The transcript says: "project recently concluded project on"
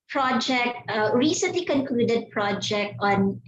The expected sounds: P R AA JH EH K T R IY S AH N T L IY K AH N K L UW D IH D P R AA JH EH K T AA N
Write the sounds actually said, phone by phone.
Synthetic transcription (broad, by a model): P R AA JH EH K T R IY S AH N T L IY K AH N K L UW D IH D P R AA JH EH K T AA N